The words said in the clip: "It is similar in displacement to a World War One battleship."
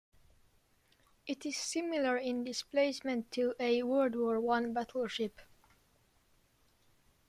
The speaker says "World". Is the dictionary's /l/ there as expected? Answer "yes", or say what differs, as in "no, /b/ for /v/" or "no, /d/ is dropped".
no, /l/ is dropped